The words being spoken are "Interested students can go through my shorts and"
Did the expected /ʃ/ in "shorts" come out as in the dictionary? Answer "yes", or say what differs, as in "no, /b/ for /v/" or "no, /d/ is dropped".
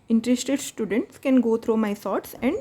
no, /s/ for /ʃ/